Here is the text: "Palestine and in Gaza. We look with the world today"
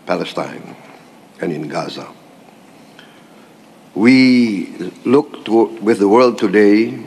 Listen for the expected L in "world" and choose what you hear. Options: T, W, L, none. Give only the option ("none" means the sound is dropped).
L